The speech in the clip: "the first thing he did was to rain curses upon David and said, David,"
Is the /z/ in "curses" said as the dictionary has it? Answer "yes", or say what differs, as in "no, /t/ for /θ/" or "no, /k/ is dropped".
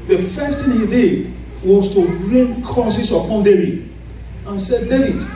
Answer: no, /s/ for /z/